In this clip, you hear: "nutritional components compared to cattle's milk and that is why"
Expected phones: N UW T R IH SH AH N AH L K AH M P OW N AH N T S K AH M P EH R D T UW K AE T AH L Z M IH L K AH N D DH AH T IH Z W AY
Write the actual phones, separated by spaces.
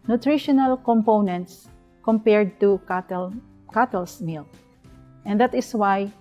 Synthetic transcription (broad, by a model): N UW T R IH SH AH N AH L K AH M P OW N AH N T S K AH M P EH R D T UW K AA T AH L S M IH L AH N D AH T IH S W AY